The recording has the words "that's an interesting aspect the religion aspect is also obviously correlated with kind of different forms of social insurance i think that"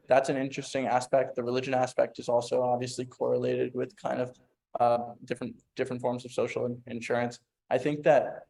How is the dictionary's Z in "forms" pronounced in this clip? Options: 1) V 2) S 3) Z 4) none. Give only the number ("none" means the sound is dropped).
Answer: 3